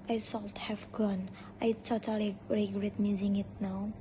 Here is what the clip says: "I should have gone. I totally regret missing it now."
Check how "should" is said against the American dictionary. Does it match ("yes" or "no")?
no